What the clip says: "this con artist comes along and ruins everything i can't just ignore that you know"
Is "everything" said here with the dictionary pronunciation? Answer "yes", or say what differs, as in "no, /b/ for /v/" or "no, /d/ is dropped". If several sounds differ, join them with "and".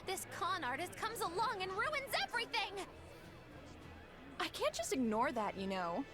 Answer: yes